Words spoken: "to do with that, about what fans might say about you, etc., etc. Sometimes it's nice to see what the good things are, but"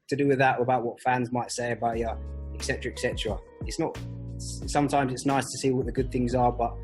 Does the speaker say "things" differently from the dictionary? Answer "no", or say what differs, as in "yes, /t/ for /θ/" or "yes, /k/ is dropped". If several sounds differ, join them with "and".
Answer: no